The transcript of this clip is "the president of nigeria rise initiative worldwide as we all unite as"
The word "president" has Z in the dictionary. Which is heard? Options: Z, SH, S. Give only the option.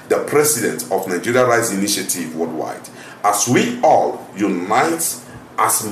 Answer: S